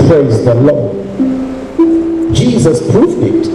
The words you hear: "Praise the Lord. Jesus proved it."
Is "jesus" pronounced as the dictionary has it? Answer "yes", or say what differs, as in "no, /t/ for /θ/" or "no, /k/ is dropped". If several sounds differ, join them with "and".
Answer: yes